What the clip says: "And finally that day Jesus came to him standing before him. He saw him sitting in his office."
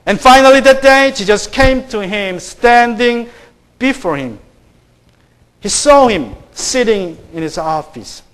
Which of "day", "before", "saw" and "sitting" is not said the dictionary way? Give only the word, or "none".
none